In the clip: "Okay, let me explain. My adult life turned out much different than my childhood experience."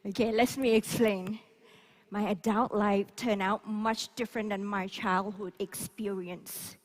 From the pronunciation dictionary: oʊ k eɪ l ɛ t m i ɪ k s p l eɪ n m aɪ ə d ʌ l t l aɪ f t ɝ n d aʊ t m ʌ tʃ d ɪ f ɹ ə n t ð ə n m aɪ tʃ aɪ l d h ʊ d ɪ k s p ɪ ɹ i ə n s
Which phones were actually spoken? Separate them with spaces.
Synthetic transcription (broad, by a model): oʊ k eɪ l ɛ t m i ɪ k s p l eɪ n m aɪ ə d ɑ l t l aɪ f t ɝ n aʊ t m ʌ tʃ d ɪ f ɹ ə n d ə n m aɪ tʃ aɪ l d h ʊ d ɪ k s p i ɹ i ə n s